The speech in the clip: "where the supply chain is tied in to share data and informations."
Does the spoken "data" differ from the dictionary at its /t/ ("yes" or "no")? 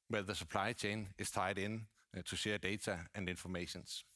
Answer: yes